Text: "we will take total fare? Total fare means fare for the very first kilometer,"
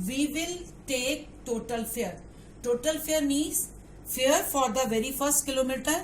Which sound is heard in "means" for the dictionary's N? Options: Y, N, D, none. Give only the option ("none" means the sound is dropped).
none